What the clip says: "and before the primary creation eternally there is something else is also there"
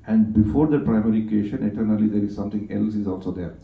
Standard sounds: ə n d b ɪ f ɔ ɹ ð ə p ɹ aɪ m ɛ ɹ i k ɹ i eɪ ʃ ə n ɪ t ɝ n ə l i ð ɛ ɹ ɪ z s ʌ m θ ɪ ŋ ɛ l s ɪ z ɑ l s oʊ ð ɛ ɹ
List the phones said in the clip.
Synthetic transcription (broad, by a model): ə n d b ɪ f ɔ ɹ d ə p ɹ aɪ m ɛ ɹ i k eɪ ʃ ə n ɪ t ɝ n ə l i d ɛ ɹ ɪ z s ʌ m t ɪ ŋ ɛ l s ɪ z ɑ l s oʊ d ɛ ɹ